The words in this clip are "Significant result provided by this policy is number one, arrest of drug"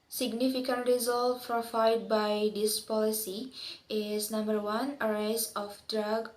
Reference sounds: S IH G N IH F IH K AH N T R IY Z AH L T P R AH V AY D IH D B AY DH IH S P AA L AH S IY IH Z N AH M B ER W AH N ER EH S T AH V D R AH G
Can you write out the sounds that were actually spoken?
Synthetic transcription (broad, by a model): S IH G N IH F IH K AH N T R IY Z AH L T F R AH F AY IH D B AY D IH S P AA L AH S IY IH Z N AH M B ER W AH N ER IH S AH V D R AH G